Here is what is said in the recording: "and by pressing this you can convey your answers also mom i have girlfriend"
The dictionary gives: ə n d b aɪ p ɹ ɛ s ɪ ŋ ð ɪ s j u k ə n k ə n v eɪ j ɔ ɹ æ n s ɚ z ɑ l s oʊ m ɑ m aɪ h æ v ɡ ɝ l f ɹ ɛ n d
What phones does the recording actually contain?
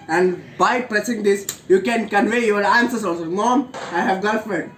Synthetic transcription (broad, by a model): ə n d b aɪ p ɹ ɛ s ɪ ŋ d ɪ s j u k ə n k ə n v eɪ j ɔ ɹ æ n s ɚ s ɑ l s oʊ m ɑ m aɪ h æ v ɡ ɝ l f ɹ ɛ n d